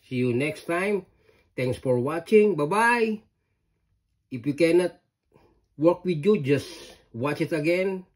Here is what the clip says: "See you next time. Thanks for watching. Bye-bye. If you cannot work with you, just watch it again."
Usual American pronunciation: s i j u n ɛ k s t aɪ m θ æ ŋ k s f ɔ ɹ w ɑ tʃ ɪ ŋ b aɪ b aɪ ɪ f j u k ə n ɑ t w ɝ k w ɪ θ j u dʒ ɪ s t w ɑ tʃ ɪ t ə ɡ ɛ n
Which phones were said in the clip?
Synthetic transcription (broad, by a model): s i j u n ɛ k s t aɪ m t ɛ ŋ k s f ɔ ɹ w ɑ tʃ ɪ ŋ b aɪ b aɪ ɪ f j u k ə n ɑ t w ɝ k w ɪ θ j u dʒ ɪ s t w ɑ tʃ ɪ t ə ɡ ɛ n